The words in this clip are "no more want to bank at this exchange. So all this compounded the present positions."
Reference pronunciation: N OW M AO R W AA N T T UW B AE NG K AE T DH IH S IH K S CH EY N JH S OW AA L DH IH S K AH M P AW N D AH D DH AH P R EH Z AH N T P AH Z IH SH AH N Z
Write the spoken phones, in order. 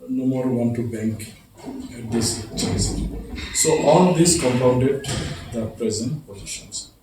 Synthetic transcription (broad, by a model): N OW M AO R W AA N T T UW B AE NG K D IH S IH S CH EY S S OW AA L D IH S K AH M P AW N D AH D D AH P R EH Z AH N T P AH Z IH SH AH N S